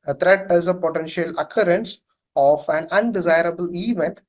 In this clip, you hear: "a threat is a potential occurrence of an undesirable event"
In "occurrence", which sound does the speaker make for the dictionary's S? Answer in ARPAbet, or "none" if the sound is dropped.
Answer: S